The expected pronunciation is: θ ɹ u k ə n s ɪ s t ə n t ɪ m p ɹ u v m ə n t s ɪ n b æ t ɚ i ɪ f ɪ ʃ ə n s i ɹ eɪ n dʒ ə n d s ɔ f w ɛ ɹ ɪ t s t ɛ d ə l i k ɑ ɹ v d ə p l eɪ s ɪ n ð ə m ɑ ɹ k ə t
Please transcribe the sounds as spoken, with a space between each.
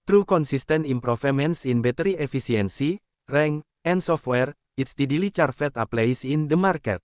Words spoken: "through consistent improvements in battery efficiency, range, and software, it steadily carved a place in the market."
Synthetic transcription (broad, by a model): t ɹ u k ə n s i s t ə n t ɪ m p ɹ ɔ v m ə n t s ɪ n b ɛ t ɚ i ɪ f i s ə n s i ɹ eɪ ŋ ə n d s ɔ f w ɛ ɹ ɪ t s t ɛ d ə l i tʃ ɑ ɹ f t ə p l eɪ s ɪ n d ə m ɑ ɹ k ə t